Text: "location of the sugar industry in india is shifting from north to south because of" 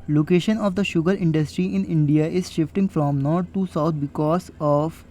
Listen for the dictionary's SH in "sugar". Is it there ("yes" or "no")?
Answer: yes